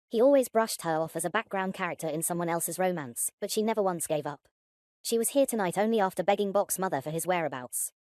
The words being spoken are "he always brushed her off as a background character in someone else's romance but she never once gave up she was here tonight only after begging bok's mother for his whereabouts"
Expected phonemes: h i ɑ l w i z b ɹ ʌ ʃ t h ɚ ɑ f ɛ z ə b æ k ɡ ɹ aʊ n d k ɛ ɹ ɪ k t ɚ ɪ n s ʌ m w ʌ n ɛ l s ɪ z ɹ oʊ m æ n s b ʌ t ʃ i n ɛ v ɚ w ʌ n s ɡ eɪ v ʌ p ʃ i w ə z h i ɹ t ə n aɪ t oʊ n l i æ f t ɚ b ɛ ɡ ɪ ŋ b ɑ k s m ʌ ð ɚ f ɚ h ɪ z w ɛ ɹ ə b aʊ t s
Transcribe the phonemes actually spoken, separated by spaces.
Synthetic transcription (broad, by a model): h i ɑ l w i z b ɹ ʌ ʃ t h ɚ ɑ f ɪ z ə b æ k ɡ ɹ aʊ n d k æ ɹ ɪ k t ɚ ɪ n s ʌ m w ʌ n ɛ l s ɪ z ɹ oʊ m æ n s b ʌ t ʃ i n ɛ v ɚ w ʌ n s ɡ eɪ v ʌ p ʃ i w ə z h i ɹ t ə n aɪ t oʊ n l i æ f t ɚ b ɛ ɡ ɪ ŋ b ɑ k s m ʌ ð ɚ f ɚ ɪ z w ɛ ɹ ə b aʊ t s